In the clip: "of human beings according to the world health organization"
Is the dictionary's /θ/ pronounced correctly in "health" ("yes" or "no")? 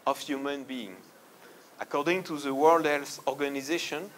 no